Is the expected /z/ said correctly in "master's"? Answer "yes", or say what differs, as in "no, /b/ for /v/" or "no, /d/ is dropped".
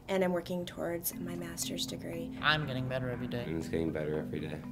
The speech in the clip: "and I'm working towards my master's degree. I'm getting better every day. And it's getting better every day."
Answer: yes